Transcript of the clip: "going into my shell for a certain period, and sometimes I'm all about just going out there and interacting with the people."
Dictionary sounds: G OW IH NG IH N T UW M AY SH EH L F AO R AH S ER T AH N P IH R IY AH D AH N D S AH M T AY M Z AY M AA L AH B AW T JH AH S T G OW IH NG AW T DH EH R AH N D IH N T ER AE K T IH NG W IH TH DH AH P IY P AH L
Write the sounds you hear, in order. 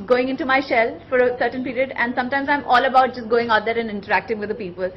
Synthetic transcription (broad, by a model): G OW IH NG IH N T UW M AY SH EH L F AO R AH S ER T AH N P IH R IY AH D AH N D S AH M T AY M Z AY M AA L AH B AW T JH AH S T G OW IH NG AW T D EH R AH N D IH N T ER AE K T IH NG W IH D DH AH P IY P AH L